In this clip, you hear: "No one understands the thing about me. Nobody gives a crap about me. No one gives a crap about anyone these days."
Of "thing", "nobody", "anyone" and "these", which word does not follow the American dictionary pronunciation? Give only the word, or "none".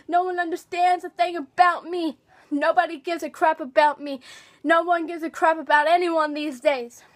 none